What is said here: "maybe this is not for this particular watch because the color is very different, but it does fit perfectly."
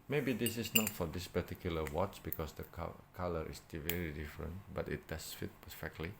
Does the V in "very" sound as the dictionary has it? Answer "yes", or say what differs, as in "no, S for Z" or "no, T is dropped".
yes